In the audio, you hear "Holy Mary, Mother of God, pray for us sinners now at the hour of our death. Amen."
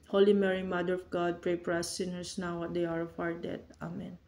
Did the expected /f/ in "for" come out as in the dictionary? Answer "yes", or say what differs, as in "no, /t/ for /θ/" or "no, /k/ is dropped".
no, /p/ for /f/